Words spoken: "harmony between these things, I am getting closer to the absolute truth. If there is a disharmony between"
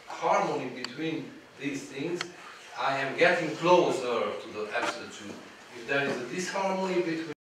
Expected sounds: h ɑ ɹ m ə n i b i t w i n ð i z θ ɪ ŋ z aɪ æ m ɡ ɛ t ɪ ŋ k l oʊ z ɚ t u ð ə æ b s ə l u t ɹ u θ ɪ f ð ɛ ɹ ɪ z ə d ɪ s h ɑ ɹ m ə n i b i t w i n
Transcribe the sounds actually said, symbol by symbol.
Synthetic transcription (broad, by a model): h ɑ ɹ m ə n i b i t w i n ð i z θ ɪ ŋ z aɪ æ m ɡ ɛ t ɪ ŋ k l oʊ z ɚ t u ð ə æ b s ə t u ɪ f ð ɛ ɹ ɪ z ə d ɪ s h ɑ ɹ m ə n i b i t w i